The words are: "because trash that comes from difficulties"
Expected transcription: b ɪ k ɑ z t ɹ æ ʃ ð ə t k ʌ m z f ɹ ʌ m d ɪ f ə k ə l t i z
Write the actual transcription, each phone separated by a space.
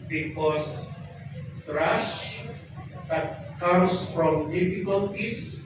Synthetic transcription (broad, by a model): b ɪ k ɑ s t ɹ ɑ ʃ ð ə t k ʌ m s f ɹ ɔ m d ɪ f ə k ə l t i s